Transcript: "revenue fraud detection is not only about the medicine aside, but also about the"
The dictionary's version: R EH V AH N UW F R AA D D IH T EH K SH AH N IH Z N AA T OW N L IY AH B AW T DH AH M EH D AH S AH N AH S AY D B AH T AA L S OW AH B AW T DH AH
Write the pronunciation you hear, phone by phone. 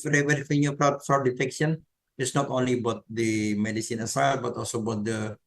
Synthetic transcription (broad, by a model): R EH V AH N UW P R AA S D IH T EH K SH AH N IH S N AA T OW N L IY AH B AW T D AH M EH D AH S AH N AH S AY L B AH T AA L S OW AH B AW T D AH